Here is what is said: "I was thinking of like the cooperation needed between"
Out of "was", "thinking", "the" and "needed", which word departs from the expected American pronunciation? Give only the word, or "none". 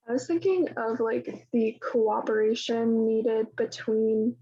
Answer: none